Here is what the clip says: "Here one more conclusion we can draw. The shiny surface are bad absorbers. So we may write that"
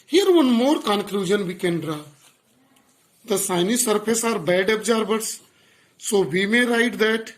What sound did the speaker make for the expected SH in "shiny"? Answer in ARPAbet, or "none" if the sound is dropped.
S